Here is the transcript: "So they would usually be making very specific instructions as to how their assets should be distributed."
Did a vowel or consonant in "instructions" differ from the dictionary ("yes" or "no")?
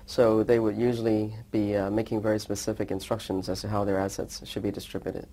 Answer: no